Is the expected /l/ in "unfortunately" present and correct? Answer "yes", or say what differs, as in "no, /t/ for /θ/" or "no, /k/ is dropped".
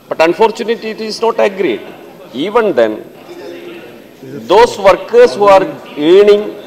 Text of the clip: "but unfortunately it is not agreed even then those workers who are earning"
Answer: no, /l/ is dropped